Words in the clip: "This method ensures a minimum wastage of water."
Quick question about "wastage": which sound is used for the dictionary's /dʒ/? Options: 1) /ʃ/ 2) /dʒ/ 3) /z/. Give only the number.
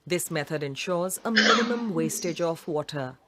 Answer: 2